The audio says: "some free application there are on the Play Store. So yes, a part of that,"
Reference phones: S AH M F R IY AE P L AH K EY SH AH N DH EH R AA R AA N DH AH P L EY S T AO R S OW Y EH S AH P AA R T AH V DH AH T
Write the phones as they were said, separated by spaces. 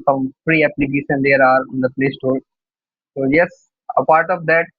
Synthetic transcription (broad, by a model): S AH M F R IY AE P L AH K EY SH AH N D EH R AA R AA N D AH P L EY S T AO L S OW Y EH S AH P AA R T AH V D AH T